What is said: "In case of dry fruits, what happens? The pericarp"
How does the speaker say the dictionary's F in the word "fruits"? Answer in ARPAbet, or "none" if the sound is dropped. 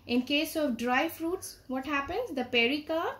F